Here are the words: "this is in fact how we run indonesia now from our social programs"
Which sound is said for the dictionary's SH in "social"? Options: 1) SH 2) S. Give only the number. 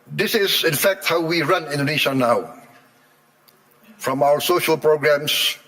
1